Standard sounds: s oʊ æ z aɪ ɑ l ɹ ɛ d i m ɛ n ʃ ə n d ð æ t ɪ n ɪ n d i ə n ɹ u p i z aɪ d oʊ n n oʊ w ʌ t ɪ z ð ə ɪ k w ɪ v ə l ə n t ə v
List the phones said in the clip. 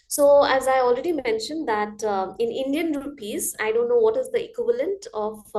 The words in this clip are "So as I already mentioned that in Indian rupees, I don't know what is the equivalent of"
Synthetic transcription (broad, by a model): s oʊ æ z aɪ ɑ l ɹ ɛ d i m ɛ n ʃ ə n d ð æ t ɪ n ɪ n d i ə n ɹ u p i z aɪ d oʊ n n oʊ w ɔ t ɪ z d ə ɪ k w ɪ v ə l ə n t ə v